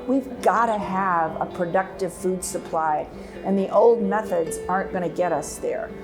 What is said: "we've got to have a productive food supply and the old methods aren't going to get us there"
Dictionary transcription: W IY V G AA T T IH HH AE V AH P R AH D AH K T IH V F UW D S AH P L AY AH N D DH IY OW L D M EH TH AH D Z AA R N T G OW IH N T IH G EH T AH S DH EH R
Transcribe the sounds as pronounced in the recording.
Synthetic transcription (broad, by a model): W IY V G AA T T IH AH V AH P R AH D AH K T IH V F UW D S AH P L AY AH N DH IY OW L D M EH TH AH D Z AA R N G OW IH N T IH G EH T AH S DH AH R